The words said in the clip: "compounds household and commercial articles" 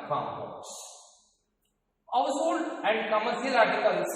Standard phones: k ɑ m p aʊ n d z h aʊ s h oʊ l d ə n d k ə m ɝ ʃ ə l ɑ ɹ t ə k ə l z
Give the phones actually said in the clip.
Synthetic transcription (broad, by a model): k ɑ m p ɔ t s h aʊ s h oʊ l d ə n d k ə m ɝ s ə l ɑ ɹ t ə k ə l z